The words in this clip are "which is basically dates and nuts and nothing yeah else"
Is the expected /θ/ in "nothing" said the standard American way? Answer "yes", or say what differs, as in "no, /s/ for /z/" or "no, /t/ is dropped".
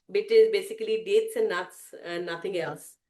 no, /t/ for /θ/